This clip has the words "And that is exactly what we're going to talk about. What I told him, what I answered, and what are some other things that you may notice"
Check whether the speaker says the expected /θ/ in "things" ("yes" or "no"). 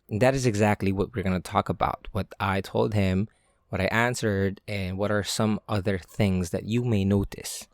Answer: yes